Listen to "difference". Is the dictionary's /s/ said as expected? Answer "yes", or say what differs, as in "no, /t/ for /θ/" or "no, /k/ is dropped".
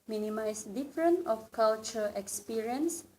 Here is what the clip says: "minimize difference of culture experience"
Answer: no, /s/ is dropped